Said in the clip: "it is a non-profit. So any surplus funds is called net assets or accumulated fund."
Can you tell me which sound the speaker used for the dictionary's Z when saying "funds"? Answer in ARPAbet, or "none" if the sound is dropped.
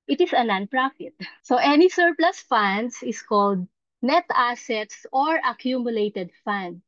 S